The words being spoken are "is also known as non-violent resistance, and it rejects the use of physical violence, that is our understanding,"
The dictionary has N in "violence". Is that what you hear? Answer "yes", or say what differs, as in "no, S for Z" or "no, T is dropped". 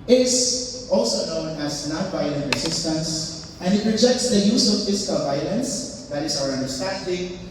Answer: yes